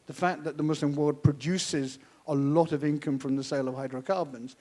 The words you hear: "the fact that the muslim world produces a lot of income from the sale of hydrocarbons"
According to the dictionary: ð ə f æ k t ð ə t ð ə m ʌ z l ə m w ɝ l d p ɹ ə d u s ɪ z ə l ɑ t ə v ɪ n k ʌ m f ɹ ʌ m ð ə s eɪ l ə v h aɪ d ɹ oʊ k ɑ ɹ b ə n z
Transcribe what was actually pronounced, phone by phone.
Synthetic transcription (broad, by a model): ð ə f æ k ð ə t ð ə m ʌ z l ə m w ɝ d p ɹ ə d u s ɪ z ə l ɑ t ə v ɪ n k ʌ m f ɹ ʌ m ð ə s eɪ l ə v h aɪ d ɹ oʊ k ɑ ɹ b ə n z